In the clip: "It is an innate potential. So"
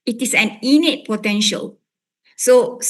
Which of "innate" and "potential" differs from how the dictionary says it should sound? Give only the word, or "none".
none